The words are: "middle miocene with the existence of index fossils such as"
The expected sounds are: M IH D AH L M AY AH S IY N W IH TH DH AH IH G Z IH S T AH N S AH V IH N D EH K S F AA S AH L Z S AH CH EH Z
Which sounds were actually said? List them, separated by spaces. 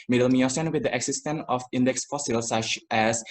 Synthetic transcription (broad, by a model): M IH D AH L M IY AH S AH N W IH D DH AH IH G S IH S T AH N AH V IH N D EH K S F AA S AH L S AH CH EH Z